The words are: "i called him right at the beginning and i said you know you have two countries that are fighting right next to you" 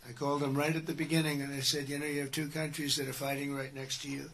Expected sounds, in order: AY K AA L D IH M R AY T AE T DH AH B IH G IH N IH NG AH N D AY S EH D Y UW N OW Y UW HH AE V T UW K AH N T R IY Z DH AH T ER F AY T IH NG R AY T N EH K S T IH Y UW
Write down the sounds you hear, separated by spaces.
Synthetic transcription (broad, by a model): AY K AA L D IH M R AY T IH T DH AH B IH G IH N IH NG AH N AY S EH D Y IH N OW Y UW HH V T UW K AH N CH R IY Z DH AH T ER F AY T IH NG R AY T N EH K S T IH Y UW